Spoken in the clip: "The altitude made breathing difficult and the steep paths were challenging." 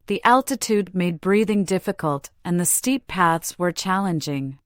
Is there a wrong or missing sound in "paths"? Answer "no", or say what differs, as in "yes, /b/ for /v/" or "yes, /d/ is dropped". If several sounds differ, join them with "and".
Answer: no